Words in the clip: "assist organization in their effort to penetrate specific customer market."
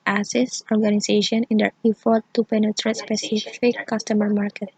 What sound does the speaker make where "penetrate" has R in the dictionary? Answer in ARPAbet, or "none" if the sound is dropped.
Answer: R